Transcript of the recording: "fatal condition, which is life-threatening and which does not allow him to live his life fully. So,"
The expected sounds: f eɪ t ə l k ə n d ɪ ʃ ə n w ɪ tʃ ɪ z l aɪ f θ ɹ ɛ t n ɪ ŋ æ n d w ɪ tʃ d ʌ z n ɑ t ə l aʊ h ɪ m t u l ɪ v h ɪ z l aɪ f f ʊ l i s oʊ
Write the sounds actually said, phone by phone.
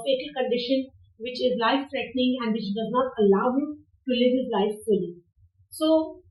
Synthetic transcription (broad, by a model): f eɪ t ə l k ə n d ɪ ʃ ə n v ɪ tʃ ɪ z l aɪ f s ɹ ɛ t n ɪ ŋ æ n d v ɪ tʃ d ʌ z n ɑ t ə l aʊ h ɪ m t u l ɪ v h ɪ z l aɪ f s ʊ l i s oʊ